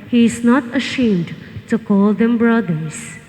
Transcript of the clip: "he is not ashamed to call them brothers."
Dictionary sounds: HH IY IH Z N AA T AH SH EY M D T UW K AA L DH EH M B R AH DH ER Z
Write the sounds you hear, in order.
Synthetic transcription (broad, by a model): HH IY IH Z N AA T AH SH EY M D T UW K AA L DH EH M B R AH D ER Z